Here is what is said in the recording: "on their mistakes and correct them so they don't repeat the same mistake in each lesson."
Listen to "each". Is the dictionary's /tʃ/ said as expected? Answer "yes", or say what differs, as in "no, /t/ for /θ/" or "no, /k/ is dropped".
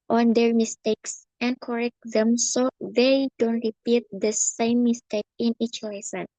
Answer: yes